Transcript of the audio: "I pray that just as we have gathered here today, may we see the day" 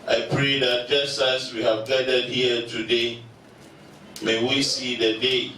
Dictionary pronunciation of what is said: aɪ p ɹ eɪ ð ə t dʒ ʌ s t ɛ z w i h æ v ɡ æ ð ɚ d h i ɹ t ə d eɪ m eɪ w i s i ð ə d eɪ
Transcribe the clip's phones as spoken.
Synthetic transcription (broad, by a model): aɪ p ɹ eɪ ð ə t dʒ ʌ s t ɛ s w i h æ v ɡ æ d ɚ d h i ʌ t ə d eɪ m eɪ w i s i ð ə d eɪ